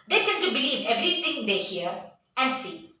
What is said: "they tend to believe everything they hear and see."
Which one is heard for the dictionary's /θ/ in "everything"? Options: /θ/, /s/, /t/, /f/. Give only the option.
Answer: /t/